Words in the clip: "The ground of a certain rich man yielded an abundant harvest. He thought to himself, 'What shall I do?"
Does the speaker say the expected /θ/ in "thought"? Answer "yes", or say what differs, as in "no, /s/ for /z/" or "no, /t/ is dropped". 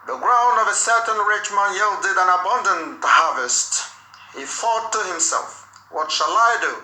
no, /f/ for /θ/